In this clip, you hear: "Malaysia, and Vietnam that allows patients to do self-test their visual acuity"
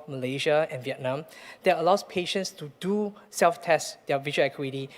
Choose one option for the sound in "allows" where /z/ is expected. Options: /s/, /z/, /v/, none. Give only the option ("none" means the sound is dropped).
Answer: /s/